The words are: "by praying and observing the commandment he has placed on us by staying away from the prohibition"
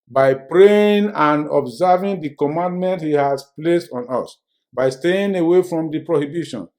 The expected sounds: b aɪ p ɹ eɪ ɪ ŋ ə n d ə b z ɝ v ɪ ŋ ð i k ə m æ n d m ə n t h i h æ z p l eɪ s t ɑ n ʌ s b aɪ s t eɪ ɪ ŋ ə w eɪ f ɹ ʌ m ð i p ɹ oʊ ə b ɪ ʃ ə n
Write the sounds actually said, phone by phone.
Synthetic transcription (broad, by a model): b aɪ p ɹ eɪ ɪ ŋ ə n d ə b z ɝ v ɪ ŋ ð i k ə m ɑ n d m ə n t h i h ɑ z p l eɪ s t ɑ n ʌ s b aɪ s t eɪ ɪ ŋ ə w eɪ f ɹ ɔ m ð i p ɹ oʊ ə b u ʃ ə n